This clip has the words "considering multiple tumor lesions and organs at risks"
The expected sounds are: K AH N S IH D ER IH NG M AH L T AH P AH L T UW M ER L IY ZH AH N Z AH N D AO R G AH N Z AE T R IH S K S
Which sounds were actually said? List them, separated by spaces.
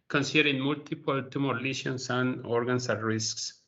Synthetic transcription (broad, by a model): K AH N S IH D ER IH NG M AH L T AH P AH L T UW M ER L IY SH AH N S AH N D AO R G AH N S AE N R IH S K S